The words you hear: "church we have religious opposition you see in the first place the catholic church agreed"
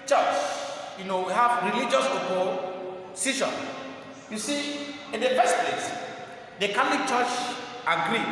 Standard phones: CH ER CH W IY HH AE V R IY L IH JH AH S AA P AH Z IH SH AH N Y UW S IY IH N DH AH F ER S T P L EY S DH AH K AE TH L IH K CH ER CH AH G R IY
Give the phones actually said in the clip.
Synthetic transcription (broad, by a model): CH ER CH W IY HH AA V R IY L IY JH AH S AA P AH S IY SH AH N Y UW S IY IH N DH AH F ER S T P L EY S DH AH K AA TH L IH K CH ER CH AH G R IY